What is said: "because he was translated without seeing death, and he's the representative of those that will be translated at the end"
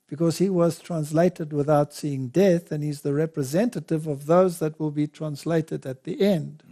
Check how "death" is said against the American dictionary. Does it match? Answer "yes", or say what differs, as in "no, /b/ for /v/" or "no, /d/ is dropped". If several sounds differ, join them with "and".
yes